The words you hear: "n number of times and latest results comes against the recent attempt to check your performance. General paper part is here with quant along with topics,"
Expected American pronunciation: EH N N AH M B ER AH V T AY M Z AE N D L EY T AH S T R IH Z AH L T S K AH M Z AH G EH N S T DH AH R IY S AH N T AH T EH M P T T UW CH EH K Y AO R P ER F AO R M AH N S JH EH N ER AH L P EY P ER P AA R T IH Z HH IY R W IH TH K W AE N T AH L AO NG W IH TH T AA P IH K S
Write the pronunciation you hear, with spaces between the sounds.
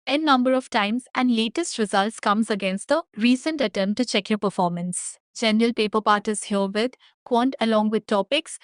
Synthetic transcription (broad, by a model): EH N N AH M B ER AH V T AY M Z AE N D L EY T AH S T R IH Z AH L T S K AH M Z AH G EH N S T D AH R IY S AH N T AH T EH M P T T UW CH EH K Y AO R P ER F AO R M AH N S JH EH N ER AH L P EY P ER P AA R T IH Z HH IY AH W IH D K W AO N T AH L AO NG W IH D T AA P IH K S